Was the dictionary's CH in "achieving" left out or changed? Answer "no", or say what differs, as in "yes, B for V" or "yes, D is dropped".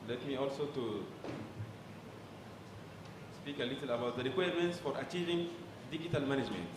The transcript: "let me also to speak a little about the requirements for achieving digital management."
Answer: no